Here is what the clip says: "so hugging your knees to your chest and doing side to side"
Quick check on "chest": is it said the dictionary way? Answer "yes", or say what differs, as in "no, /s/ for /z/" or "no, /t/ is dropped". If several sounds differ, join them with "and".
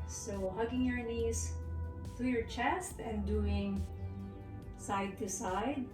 yes